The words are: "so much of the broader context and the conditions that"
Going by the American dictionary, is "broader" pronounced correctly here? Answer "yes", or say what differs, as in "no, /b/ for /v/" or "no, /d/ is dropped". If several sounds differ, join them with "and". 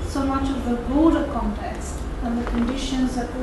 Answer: no, /ɹ/ is dropped